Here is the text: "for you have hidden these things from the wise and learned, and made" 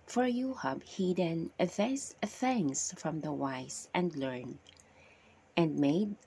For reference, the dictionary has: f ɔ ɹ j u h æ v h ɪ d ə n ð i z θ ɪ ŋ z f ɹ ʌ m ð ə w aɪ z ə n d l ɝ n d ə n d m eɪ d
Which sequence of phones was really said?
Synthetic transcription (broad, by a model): f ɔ ɹ j u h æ b h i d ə n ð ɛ s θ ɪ ŋ s f ɹ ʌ m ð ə w aɪ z ə n d l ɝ n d ə n d m eɪ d